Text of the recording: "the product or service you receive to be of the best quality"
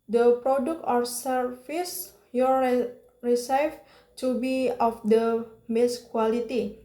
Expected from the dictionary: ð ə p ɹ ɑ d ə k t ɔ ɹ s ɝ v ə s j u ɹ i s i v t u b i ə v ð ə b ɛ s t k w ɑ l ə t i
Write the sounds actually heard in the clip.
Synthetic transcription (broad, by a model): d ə p ɹ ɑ d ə k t ɔ ɹ s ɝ f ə s j u ɹ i s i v t u b i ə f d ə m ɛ s k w ɑ l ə t i